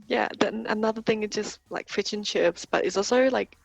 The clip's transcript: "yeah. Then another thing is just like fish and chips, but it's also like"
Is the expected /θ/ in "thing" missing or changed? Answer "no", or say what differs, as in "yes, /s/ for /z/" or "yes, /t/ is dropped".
no